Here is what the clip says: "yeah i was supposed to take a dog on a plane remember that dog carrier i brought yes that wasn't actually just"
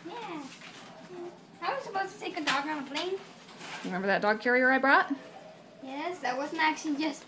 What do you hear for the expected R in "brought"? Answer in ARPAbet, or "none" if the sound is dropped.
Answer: R